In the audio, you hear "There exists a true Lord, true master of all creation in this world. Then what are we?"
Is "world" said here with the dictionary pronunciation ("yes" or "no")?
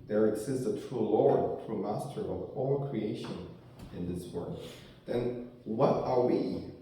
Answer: no